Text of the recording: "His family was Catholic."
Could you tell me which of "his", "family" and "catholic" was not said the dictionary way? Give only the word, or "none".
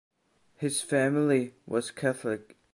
none